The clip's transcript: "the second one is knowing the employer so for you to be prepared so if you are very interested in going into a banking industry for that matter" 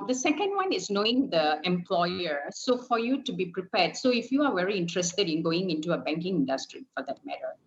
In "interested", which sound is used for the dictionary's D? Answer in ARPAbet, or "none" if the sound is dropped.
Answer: D